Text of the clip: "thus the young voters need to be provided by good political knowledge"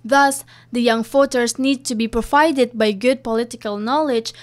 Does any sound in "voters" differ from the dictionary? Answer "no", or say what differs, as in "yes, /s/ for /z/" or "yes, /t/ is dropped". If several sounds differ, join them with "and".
yes, /f/ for /v/